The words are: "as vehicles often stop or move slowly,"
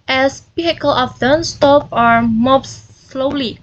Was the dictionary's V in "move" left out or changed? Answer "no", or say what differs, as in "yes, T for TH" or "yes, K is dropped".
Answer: yes, P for V